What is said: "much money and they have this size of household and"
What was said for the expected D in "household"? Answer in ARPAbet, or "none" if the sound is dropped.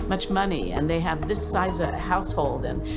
D